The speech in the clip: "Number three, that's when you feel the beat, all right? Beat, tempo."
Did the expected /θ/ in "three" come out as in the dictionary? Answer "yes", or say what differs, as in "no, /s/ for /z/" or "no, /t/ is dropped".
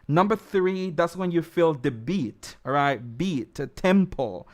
yes